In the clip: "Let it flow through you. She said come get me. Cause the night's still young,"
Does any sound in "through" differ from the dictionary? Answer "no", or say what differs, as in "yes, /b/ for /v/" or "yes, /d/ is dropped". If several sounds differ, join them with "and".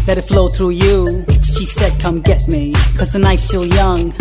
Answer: no